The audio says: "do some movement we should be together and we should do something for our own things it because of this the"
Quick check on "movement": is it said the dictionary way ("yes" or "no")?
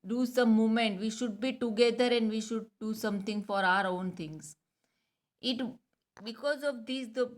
no